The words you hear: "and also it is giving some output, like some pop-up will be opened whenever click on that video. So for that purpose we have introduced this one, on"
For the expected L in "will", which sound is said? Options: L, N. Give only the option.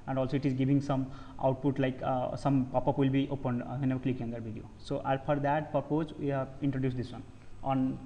L